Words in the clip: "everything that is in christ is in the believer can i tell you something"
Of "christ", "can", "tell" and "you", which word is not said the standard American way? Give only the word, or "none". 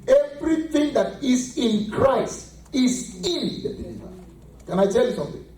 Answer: none